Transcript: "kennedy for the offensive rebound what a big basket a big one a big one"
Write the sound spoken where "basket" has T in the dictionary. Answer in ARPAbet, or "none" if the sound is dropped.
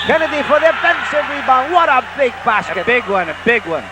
none